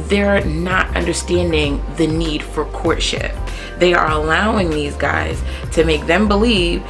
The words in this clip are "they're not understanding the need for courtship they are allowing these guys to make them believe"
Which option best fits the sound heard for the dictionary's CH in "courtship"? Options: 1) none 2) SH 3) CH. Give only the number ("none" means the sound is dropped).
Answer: 3